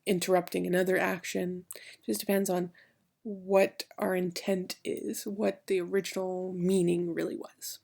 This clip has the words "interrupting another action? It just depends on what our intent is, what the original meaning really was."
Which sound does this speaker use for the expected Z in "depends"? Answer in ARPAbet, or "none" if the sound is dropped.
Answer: Z